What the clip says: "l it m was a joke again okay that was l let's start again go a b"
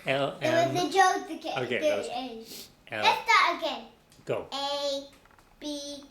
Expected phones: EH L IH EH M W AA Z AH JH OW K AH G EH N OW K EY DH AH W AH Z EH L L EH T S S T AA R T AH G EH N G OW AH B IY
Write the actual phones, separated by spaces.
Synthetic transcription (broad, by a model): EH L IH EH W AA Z AH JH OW AH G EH OW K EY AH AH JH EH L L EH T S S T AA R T AH G EH N G OW AH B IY